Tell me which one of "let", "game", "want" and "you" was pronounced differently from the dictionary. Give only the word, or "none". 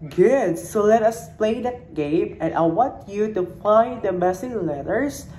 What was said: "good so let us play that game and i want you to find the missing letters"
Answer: none